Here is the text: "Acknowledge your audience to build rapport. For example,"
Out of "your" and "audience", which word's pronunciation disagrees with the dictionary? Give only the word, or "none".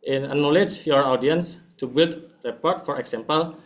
none